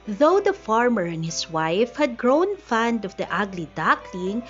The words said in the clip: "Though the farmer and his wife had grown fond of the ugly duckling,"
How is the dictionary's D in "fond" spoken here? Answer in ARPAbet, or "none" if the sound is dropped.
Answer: D